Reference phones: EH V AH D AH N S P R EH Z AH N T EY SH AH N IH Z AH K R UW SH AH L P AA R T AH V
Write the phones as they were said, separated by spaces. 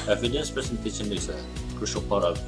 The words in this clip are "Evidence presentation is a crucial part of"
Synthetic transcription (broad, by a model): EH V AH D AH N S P EH S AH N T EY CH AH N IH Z AH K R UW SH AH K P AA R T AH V